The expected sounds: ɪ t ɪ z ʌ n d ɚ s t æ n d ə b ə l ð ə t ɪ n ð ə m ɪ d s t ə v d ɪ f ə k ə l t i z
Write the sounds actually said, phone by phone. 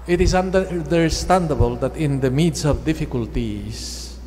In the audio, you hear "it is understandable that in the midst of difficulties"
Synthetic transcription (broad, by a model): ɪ t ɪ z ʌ n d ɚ s t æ n d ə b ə l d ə t ɪ n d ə m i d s ə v d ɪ f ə k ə l t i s